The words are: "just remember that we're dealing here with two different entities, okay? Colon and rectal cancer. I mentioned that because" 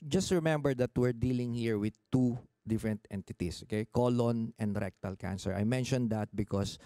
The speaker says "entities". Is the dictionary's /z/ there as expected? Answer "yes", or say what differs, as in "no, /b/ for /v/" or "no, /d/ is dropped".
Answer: no, /s/ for /z/